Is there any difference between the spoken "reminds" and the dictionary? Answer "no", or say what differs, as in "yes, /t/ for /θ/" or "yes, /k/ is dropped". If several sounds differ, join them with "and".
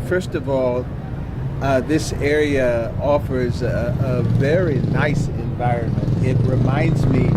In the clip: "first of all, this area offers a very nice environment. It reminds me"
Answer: no